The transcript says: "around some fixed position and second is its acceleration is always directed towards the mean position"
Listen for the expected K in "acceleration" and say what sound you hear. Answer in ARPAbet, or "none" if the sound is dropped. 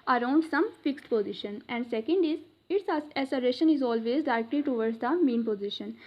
none